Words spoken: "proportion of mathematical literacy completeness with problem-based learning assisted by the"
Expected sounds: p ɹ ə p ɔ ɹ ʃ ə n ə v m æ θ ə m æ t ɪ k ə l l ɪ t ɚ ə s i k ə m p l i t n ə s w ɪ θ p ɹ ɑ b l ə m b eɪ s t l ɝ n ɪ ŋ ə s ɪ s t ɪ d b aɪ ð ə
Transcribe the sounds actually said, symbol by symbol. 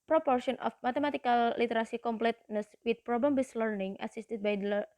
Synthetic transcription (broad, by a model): p ɹ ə p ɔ ɹ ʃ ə n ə f m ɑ t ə m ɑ t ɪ k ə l l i t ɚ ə s i k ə m p l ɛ t n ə s w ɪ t p ɹ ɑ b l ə m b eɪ s l ɝ n ɪ ŋ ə s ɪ s t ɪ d b aɪ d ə